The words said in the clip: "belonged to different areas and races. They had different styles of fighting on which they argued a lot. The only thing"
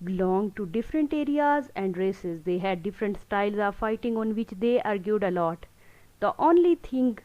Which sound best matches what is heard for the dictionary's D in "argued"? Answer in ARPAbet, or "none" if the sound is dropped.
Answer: D